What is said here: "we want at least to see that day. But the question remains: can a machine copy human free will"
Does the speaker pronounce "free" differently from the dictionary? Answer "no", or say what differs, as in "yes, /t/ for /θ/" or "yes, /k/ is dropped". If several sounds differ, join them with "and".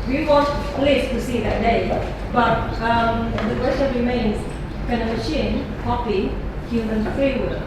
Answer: yes, /ɹ/ is dropped